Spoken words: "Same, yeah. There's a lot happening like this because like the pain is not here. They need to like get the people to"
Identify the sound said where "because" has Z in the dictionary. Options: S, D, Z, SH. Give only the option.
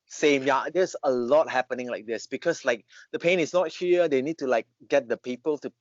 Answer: S